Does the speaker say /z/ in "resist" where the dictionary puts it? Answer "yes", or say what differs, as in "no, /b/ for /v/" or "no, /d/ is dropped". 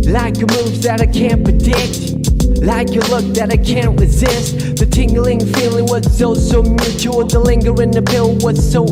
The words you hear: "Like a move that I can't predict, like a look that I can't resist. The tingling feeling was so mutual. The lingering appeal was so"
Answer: yes